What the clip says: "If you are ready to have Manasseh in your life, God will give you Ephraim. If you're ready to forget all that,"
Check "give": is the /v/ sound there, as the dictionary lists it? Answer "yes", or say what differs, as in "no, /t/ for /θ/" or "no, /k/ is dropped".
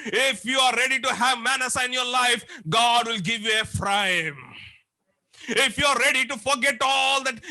yes